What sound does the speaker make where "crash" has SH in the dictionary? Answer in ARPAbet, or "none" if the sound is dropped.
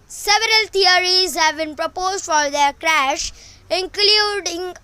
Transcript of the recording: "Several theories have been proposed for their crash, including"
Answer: SH